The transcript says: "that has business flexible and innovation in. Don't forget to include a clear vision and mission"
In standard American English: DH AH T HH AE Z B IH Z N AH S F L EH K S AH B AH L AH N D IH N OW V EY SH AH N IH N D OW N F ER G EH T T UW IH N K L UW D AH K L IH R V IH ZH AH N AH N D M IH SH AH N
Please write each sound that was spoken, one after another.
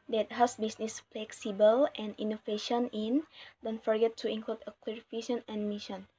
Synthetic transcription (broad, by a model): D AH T HH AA S B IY S N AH S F L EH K S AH B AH L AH N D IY N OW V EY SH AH N IH N D OW N F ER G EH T T UW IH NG K L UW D AH K L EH R F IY SH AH N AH N M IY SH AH N